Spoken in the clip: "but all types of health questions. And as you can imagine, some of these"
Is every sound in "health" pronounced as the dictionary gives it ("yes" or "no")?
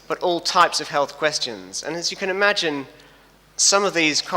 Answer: yes